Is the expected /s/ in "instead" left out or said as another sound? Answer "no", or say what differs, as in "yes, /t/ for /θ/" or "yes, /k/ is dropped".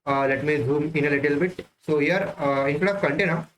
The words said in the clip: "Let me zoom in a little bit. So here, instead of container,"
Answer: yes, /s/ is dropped